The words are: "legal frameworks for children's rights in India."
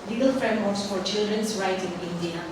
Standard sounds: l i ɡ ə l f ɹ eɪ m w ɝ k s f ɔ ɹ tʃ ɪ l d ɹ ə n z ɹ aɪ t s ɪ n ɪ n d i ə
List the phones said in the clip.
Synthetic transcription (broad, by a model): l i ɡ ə l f ɹ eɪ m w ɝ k s f ɔ ɹ tʃ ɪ l d ɹ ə n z ɹ aɪ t ɪ n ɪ n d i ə